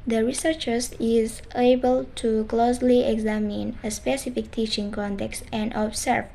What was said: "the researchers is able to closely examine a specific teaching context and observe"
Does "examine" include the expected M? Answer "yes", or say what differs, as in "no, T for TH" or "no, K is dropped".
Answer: yes